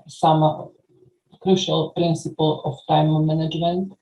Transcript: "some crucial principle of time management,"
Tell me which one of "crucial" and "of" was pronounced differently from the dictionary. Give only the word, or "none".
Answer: of